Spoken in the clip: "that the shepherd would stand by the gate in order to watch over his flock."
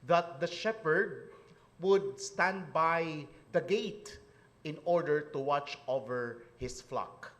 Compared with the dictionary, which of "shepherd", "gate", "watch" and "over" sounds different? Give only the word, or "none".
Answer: none